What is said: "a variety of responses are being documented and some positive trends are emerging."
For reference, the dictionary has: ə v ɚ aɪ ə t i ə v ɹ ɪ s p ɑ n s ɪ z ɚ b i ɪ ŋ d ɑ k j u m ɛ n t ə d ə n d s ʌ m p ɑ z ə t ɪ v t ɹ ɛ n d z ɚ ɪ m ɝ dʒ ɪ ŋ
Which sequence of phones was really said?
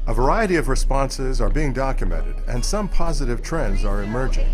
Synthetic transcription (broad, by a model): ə v ɚ aɪ ə t i ə v ɹ ɪ s p ɑ n s ɪ z ɚ b i ɪ ŋ d ɑ k j u m ɛ n t ə d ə n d s ʌ m p ɑ z ə t ɪ v t ɹ ɛ n d z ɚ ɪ m ɝ dʒ ɪ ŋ